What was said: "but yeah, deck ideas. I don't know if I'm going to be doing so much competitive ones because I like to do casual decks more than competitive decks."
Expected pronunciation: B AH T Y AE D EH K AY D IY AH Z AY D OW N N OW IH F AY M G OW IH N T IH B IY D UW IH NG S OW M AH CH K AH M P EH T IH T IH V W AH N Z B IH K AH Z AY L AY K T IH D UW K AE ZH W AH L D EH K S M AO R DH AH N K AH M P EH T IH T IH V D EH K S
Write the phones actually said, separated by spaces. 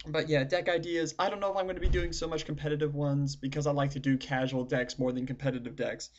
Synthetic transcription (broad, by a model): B AH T Y AE D EH K AY D IY AH Z AY D OW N N OW IH F AY M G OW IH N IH B IY D UW IH NG S OW M AH CH K M P EH T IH T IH V W AH N Z B IH K AH Z AY L AY K T IH D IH K AE ZH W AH L D EH K S M AO R DH AH N K M P EH T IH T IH V D EH K S